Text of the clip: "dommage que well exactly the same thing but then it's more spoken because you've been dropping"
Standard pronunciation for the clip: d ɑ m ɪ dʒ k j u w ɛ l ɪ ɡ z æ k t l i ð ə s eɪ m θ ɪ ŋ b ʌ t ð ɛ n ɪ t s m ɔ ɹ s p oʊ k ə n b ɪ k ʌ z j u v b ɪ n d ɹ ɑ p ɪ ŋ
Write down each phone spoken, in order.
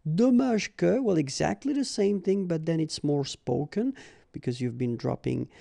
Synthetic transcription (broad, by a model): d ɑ m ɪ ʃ k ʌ w ɛ l ɪ ɡ z æ k t l i ð ə s eɪ m θ ɪ ŋ b ʌ t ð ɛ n ɪ t s m ɔ ɹ s p oʊ k ə n b ɪ k ʌ z j u v b ɪ n d ɹ ɑ p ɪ ŋ